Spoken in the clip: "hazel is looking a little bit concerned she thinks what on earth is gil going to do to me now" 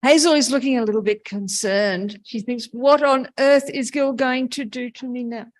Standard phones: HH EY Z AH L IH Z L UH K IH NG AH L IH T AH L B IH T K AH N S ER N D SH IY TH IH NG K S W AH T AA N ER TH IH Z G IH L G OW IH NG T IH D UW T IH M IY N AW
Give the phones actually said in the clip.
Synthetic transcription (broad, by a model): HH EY Z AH L IH Z L UH K IH NG AH L IH T L B IH T K AH N S ER N D SH IY TH IH NG K S W AH T N ER TH IH Z G IH L G OW IH NG T IH D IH T IH M IY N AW